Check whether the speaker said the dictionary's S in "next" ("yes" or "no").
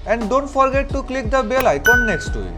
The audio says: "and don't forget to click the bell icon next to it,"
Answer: yes